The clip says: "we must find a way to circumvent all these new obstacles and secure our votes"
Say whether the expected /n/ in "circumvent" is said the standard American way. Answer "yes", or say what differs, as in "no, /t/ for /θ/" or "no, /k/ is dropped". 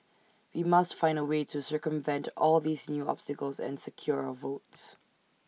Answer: yes